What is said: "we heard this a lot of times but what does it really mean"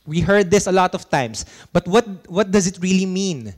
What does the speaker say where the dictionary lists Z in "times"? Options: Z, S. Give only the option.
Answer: S